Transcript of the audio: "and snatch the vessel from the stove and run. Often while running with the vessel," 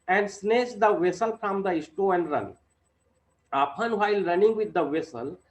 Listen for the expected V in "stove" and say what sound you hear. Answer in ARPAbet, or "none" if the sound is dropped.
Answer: none